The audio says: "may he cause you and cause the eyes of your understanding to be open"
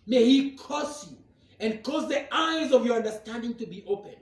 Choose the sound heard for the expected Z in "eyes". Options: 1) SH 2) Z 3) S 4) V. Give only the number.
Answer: 2